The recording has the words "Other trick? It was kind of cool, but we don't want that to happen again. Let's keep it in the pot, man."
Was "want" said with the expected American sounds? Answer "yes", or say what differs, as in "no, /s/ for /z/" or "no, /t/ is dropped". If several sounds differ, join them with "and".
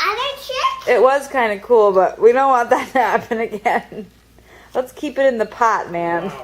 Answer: no, /n/ is dropped